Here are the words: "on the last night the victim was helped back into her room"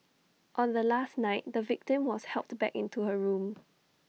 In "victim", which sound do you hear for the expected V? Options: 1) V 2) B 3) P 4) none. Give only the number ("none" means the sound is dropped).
1